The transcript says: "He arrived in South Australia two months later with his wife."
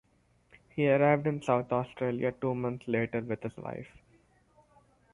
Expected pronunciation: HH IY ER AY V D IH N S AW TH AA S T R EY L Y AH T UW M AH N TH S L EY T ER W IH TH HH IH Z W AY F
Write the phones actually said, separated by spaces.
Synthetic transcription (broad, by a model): HH IY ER AY V D IH N S AW T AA S T R EY L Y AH T UW M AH N T S L EY T ER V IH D HH IH Z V AY F